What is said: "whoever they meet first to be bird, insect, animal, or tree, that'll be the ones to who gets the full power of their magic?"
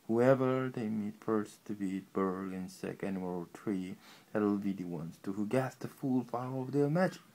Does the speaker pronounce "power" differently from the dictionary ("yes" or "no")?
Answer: yes